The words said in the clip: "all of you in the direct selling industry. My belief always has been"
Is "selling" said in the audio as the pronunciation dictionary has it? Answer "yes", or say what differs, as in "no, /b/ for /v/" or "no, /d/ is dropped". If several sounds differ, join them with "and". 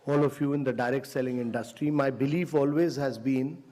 yes